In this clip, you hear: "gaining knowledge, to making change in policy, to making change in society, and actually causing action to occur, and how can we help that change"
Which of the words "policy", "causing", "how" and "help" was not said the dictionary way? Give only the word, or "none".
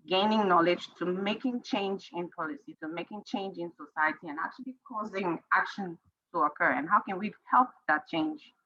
none